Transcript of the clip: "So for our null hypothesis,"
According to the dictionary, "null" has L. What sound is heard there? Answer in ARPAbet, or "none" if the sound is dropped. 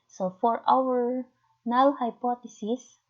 W